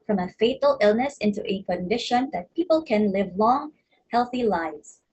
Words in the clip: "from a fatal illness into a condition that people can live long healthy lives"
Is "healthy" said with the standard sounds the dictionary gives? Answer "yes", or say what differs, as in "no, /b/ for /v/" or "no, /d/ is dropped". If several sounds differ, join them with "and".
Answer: yes